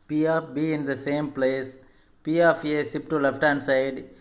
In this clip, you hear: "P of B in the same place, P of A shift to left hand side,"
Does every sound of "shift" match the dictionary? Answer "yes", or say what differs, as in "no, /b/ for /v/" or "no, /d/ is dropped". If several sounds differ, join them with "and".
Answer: no, /s/ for /ʃ/